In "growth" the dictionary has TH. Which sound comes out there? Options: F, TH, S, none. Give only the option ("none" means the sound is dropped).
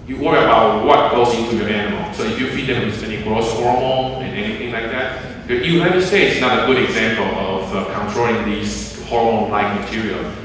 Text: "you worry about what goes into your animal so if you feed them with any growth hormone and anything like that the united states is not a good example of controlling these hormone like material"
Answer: S